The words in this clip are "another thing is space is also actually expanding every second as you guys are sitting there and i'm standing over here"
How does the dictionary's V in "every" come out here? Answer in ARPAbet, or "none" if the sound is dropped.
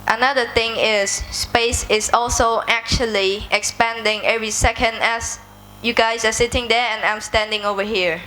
V